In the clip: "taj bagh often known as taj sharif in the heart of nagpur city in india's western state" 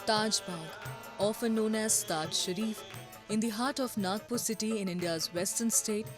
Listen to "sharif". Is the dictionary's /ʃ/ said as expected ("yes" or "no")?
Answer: yes